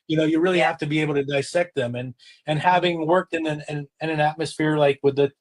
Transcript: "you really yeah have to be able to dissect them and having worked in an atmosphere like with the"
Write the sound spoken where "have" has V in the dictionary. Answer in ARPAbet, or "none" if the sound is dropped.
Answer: F